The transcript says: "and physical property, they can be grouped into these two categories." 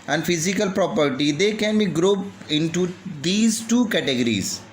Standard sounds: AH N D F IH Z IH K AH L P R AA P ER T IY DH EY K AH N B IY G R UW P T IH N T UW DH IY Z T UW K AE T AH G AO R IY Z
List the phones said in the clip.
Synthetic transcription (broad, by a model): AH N D F IH Z IH K AH L P R AA P ER T IY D EY K AH N B IY G R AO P IH N T UW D IY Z T UW K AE T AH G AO R IY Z